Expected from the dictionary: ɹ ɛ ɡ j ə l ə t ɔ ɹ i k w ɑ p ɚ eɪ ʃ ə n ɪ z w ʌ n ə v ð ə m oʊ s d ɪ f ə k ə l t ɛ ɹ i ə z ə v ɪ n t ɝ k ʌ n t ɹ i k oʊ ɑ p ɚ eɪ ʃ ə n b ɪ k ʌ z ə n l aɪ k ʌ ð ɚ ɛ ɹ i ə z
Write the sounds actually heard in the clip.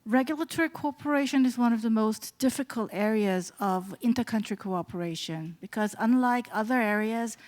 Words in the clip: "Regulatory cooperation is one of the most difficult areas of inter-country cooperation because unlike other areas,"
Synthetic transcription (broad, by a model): ɹ ɛ ɡ j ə l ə t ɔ ɹ i k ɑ p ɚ eɪ ʃ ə n ɪ z w ʌ n ə v ð ə m oʊ s d ɪ f ə k ə l t ɛ ɹ i ə z ə v ɪ n t ɝ k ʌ n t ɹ i k oʊ ɑ p ɚ eɪ ʃ ə n b ɪ k ʌ z ə n l aɪ k ʌ ð ɚ ɛ ɹ i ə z